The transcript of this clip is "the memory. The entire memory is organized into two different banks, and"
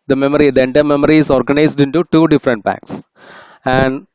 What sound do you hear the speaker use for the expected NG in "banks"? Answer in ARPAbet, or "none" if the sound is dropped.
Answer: none